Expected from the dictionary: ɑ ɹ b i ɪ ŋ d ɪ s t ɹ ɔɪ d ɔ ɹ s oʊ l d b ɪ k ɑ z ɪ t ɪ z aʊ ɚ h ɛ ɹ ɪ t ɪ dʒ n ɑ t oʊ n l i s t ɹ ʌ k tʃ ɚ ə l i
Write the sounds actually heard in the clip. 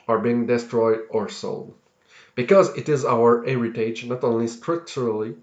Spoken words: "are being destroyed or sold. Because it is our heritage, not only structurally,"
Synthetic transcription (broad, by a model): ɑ ɹ b i ɪ ŋ d ɪ s t ɹ ɔɪ d ɔ ɹ s oʊ l d b ɪ k ɑ z ɪ t ɪ z aʊ ɚ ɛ ɹ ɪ t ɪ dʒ n ɑ t oʊ n l i s t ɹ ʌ k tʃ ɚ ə l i